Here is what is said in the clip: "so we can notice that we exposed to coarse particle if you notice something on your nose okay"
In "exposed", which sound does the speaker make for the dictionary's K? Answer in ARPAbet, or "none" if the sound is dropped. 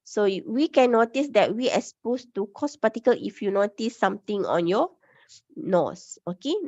none